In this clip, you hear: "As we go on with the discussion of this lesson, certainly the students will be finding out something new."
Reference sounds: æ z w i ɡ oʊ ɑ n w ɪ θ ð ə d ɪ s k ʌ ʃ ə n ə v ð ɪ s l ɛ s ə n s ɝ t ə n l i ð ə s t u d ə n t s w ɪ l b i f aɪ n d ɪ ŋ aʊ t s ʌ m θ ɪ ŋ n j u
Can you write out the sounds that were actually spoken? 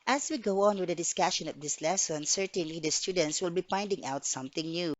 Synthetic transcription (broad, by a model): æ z w i ɡ oʊ ɑ n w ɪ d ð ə d ɪ s k ʌ ʃ ə n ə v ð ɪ s l ɛ s ə n s ɝ t ə n l i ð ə s t u d ə n t s w ɪ l b i p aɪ n d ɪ ŋ aʊ t s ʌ m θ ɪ ŋ n j u